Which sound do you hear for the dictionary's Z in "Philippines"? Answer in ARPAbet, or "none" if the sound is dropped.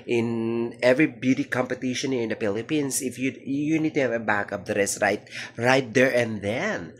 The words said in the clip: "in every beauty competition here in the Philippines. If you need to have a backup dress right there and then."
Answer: S